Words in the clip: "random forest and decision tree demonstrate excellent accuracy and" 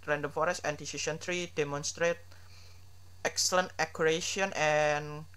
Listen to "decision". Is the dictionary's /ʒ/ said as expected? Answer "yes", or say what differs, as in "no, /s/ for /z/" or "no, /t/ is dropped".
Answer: no, /s/ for /ʒ/